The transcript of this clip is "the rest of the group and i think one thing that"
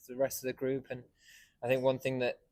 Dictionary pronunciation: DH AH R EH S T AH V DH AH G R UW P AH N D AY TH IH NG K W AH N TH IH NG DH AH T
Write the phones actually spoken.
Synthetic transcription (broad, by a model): DH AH R EH S T AH V DH AH G R UW P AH N AY TH IH NG K W AH N TH IH NG DH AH T